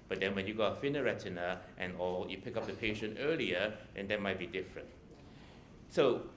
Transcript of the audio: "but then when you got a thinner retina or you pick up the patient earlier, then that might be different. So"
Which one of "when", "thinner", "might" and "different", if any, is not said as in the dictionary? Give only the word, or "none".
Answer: thinner